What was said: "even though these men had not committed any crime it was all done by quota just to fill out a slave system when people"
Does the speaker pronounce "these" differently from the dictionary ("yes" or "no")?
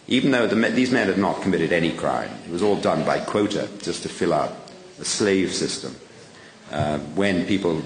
no